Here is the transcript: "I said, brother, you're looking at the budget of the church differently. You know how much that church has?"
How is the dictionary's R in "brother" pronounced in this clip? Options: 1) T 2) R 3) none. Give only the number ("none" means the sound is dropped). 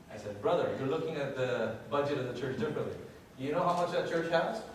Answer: 2